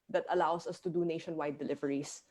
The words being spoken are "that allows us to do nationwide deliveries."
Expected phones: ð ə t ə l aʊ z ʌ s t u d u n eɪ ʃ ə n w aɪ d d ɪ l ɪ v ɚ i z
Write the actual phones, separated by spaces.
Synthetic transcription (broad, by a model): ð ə t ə l aʊ s ʌ s t u d u n eɪ ʃ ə n w aɪ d d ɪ l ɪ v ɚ i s